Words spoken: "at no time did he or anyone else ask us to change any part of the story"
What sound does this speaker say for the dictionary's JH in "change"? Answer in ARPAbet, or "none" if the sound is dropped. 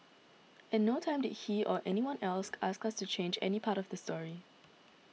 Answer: JH